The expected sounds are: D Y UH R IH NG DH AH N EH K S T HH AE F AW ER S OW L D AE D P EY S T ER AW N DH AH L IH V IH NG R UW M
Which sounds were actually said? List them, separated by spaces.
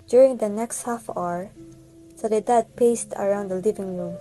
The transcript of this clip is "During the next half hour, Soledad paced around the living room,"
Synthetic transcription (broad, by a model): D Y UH R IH NG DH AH N EH K S T HH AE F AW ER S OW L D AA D P EY S T ER AW N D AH L IH V IH NG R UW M